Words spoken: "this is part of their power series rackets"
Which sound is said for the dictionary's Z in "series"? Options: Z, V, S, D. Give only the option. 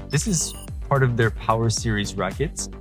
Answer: Z